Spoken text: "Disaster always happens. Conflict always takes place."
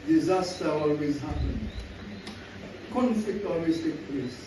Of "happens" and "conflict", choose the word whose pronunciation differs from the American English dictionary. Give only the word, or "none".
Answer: happens